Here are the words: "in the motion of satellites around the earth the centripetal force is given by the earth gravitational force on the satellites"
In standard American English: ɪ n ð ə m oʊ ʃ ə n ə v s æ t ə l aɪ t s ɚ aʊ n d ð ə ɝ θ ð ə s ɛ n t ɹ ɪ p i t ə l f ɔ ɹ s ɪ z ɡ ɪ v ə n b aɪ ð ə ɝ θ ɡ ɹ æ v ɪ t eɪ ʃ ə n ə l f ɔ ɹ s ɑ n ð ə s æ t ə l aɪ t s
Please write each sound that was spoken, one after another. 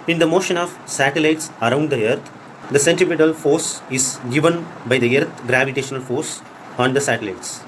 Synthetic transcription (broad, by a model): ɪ n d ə m oʊ ʃ ə n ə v s æ t ə l aɪ t s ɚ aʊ n d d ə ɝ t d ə s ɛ n t ɪ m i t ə l f ɔ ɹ s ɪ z ɡ ɪ v ə n b aɪ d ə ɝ t ɡ ɹ æ v ɪ t eɪ ʃ ə n ə l f ɔ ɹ s ɑ n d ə s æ t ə l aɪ t s